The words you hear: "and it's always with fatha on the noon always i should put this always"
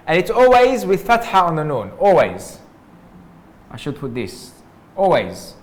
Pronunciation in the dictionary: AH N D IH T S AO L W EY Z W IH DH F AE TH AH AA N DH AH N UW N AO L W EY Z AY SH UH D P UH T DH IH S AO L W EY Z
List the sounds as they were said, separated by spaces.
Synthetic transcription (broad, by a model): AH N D IH T S AO L W EY Z W IH DH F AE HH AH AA N DH AH N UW N AO L W EY Z AY SH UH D P UH T DH IH S AO L W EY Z